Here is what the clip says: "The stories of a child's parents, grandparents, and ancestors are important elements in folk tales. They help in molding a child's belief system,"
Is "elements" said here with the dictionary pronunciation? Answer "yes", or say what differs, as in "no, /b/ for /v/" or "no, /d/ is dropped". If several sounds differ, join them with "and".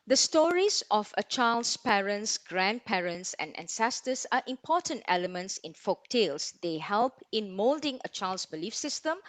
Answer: yes